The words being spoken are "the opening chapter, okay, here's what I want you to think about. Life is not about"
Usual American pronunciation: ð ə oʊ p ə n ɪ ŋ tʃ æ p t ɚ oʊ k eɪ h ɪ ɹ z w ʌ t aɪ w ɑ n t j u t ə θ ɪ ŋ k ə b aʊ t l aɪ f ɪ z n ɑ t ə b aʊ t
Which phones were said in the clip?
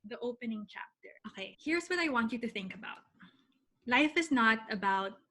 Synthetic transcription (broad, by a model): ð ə oʊ p ə n ɪ ŋ tʃ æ p t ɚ oʊ k eɪ h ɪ ɹ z w ʌ t aɪ w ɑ n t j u t ə θ ɪ ŋ k ə b aʊ t l aɪ f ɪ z n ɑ t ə b aʊ t